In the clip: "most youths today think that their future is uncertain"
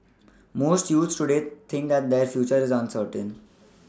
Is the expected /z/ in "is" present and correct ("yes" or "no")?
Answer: yes